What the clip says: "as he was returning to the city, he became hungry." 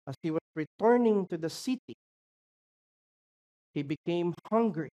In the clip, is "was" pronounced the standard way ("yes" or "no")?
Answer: no